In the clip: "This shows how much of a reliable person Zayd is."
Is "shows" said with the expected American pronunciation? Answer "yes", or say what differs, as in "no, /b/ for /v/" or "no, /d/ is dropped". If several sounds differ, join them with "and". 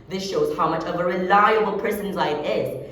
yes